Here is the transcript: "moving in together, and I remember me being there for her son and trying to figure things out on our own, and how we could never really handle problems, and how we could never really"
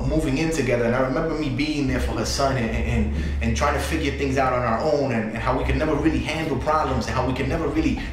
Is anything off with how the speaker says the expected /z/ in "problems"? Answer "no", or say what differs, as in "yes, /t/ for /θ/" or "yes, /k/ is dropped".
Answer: no